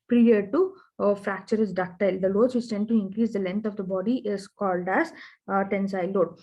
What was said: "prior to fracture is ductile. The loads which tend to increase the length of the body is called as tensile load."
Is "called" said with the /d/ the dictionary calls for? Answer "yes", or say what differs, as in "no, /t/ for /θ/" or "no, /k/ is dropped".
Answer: yes